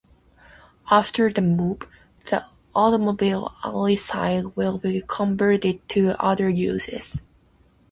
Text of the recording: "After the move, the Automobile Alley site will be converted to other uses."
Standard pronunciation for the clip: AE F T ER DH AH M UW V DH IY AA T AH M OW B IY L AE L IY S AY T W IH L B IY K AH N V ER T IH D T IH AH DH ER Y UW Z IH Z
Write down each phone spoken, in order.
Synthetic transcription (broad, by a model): AE F T ER DH AH M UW P DH IY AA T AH M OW B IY L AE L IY S AY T W IH L B IY K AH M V ER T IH D T IH AH DH ER Y UW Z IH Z